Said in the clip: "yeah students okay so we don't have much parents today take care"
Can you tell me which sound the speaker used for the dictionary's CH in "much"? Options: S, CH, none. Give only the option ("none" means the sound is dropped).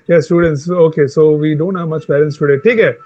CH